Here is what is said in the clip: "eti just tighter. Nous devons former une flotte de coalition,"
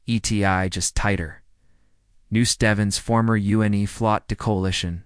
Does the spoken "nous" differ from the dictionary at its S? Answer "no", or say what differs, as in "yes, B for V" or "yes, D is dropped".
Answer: no